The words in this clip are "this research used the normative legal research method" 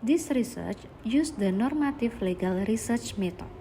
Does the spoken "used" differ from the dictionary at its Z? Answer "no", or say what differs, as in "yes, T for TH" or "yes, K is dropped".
yes, S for Z